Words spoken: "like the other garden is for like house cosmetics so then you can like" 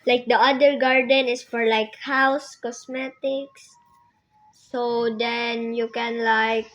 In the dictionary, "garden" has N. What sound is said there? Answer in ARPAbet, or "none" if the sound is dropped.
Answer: N